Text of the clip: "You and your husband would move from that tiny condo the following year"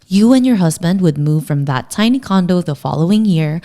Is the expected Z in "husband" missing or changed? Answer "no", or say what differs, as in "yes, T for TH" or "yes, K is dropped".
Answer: no